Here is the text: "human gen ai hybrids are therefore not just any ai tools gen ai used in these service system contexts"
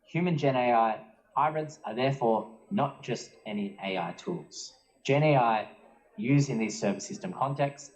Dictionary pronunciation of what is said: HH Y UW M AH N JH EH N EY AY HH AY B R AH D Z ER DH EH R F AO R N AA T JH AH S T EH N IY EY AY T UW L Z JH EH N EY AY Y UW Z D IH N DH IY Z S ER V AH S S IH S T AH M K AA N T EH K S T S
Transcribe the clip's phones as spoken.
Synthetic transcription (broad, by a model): HH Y UW M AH N JH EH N EY AY HH AY B R AH D Z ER DH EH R F AO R N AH T JH AH S T EH N IY EY AY T UW L Z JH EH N EY AY Y UW Z IH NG DH IY Z S ER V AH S S IH S T AH M K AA N T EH K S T S